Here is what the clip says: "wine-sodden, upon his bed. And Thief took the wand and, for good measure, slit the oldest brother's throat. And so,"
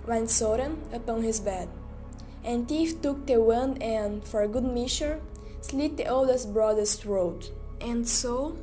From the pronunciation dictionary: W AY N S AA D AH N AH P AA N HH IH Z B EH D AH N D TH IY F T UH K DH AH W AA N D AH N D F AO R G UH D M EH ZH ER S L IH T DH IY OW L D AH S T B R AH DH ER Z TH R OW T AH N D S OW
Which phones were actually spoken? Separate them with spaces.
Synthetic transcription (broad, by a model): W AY N S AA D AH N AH P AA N HH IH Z B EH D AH N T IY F T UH K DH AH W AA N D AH N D F AO R G UH D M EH SH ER S L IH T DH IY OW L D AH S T B R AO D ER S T R OW T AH N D S OW